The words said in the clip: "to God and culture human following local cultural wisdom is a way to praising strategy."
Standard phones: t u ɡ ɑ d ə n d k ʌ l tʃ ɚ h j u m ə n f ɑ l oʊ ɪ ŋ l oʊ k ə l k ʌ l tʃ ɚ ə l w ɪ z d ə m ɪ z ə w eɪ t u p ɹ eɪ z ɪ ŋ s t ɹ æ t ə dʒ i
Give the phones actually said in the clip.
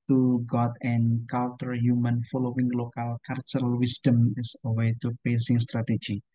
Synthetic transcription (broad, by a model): t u ɡ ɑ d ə n k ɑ l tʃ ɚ h j u m ə n f ɑ l oʊ ɪ ŋ l oʊ k ə l k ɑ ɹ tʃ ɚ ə l w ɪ s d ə m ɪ s ə w eɪ t u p eɪ s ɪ ŋ s t ɹ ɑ t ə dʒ i